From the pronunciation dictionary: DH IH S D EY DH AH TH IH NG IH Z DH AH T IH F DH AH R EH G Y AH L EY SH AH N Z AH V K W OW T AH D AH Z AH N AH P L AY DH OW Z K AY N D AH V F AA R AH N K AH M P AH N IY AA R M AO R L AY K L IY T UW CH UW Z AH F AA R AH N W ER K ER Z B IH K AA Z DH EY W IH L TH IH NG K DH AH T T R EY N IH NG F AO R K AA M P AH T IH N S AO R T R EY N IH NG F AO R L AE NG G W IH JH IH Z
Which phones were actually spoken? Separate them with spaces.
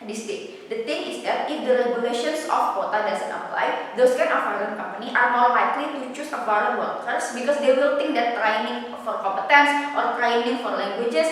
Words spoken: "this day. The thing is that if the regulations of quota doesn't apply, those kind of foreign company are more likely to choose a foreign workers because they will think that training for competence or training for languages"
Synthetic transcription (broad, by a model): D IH S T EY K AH T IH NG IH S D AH T IH F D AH R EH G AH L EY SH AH N S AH F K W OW T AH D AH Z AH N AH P L AY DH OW S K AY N AH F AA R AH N K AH M P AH N IY AA R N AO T L AY K L IY T UW CH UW S AH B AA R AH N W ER K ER S B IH K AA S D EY W IH L T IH NG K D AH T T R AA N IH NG F AO R K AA M P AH T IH N S AO R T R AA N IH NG F AO R L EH NG G W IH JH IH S